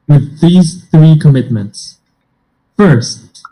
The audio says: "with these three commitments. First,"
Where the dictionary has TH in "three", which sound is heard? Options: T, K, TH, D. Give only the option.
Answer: TH